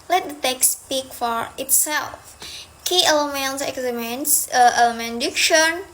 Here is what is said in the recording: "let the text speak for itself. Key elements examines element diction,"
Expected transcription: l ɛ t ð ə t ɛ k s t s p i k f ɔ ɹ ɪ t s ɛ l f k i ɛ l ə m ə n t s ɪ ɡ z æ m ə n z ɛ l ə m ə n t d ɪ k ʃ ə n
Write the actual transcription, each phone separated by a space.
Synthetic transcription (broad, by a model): l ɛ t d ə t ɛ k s s p i k f ɔ ɹ ɪ t s ɛ l f k i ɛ l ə m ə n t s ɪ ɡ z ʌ m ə n s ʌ ə m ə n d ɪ k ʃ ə n